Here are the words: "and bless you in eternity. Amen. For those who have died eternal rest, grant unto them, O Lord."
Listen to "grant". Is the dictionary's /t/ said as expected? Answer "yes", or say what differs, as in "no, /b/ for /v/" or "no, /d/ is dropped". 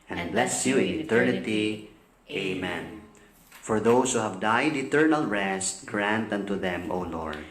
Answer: yes